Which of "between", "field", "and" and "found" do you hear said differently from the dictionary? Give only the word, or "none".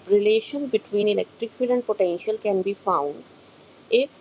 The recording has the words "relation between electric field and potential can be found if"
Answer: field